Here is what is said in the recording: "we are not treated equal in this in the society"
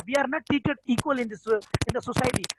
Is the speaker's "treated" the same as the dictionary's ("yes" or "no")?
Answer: no